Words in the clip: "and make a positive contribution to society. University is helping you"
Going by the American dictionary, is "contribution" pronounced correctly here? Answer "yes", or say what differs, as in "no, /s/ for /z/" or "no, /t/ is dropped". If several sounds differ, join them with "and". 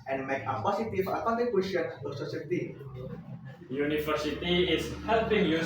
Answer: no, /ɹ/ is dropped